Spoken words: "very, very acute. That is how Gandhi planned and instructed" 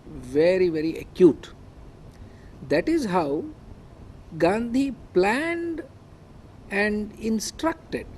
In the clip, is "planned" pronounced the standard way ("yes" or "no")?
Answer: yes